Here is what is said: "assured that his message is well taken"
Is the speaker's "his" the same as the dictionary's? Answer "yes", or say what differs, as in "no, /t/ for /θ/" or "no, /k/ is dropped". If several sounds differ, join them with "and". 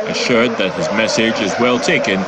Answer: yes